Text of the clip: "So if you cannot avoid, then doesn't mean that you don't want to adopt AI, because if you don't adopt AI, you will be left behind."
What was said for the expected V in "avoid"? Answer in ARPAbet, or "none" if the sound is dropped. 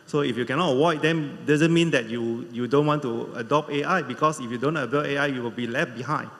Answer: W